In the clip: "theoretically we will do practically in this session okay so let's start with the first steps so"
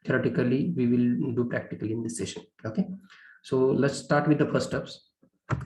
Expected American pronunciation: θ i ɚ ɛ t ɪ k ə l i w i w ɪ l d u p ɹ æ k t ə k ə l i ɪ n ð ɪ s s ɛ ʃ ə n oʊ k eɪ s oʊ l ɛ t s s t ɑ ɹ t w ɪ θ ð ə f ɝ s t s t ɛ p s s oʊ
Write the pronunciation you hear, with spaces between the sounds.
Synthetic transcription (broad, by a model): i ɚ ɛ t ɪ k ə l i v i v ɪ l d u p ɹ æ k t ə k ə l i ɪ n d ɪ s s ɛ ʃ ə n oʊ k eɪ s oʊ l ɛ t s s t ɑ ɹ t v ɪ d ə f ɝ t s t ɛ p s s